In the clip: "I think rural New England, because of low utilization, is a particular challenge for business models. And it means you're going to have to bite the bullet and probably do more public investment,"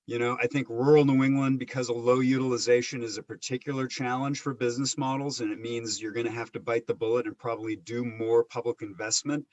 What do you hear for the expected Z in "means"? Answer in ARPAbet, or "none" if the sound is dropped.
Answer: Z